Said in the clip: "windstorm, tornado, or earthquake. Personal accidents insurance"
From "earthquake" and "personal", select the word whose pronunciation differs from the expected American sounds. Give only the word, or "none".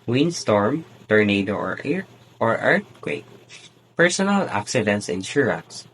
earthquake